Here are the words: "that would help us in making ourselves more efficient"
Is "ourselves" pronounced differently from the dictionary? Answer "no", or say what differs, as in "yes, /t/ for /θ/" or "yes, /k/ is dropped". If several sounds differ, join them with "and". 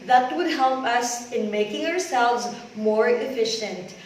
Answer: no